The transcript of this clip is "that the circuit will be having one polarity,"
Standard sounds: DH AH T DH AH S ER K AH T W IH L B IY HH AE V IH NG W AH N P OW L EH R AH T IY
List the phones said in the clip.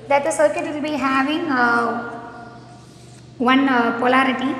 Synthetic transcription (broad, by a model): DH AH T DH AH S ER K AH T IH N B IY HH AE V IH NG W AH N P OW L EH R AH T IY